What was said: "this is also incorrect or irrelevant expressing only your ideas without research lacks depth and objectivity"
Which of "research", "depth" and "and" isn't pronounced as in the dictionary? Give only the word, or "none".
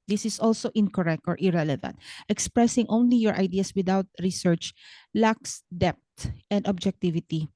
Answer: depth